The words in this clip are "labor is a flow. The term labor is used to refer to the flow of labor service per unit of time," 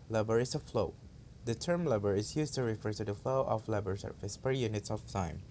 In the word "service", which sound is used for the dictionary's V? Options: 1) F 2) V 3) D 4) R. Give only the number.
1